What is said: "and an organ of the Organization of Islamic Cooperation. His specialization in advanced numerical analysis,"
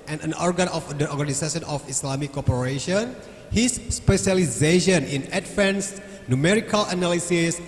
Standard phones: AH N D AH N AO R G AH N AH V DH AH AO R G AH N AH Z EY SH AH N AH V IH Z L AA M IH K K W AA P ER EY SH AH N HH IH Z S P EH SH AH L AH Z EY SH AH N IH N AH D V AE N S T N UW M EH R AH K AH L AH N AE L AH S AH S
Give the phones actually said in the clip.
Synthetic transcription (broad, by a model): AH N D AH N AO R G AH N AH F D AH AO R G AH N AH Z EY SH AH N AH F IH S L AA M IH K K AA P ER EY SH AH N HH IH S P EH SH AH L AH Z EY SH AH N IH N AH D F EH N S N UW M EH R AH K AH L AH N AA L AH S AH S